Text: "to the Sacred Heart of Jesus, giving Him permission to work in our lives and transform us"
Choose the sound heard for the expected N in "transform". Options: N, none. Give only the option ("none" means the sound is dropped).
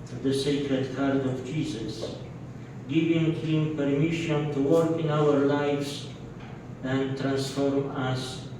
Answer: N